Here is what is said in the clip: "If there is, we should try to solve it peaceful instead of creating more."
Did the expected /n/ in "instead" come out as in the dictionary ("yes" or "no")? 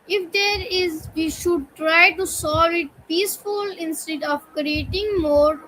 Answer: yes